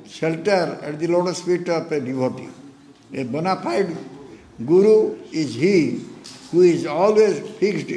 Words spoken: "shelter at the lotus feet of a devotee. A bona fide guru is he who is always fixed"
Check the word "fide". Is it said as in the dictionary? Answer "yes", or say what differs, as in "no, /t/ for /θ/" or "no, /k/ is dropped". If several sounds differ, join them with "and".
no, /p/ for /f/